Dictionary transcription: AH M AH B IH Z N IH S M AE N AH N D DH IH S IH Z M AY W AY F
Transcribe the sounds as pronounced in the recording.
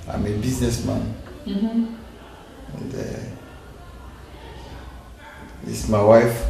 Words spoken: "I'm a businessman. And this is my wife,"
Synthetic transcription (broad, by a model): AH M AH B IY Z N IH S M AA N AH N D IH IH S M AY W AY F